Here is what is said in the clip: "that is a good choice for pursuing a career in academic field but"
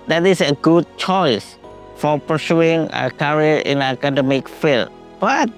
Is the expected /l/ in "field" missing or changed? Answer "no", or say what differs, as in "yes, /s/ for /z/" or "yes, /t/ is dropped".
no